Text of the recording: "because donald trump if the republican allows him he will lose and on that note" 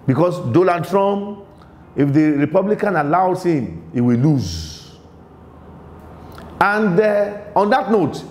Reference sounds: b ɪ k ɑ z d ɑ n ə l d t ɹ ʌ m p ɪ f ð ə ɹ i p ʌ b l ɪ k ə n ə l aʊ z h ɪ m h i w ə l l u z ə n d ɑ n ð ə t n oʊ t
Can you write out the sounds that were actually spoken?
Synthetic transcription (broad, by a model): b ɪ k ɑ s d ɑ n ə d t ɹ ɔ m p ɪ f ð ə ɹ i p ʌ b l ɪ k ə n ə l aʊ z h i m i w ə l l u z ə n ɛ ɑ n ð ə t n oʊ t